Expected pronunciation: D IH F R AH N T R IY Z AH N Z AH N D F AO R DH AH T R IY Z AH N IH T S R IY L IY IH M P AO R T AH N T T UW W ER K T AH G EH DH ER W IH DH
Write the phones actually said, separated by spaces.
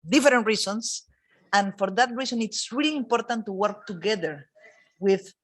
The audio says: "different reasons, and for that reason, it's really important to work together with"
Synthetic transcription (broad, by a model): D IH F R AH N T R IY S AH N S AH N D F AO R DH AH T R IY S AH N IH T S R IY L IY M P AO R T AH N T T UW W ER K T AH G EH DH ER W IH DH